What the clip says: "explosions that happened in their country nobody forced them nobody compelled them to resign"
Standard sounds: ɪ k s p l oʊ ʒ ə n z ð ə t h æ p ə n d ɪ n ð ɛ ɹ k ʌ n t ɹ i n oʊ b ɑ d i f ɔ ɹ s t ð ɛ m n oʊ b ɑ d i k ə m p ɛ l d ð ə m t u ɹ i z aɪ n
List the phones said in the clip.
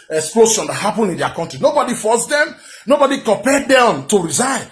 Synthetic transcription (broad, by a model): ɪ k s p l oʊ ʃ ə n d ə t h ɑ p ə n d ɪ n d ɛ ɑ k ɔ n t ɹ i n oʊ b ɑ d i f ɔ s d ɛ m n oʊ b ɑ d i k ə p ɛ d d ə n t u ɹ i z aɪ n